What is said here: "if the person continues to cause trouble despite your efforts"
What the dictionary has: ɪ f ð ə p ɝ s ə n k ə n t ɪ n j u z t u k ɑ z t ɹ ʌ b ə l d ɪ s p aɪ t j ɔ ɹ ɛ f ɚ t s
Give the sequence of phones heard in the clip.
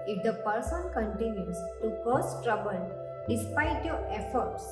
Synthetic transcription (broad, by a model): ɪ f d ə p ɝ s ə n k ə n t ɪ n j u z t u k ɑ s t ɹ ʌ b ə l d ɪ s p aɪ t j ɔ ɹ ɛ f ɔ t s